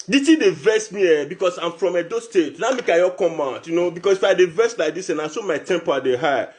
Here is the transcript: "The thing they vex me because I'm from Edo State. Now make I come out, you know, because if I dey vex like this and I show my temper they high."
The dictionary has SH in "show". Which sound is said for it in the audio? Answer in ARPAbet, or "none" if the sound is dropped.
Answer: S